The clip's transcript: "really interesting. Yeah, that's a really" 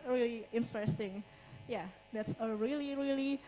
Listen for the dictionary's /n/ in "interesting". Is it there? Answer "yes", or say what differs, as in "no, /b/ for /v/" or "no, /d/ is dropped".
yes